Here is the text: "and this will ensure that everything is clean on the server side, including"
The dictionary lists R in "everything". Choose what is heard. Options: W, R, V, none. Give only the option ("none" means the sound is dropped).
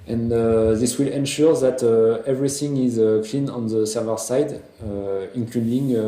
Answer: R